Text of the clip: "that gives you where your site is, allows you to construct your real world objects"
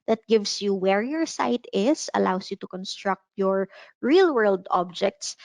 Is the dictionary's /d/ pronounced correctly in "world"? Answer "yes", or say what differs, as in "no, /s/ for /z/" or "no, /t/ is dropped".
yes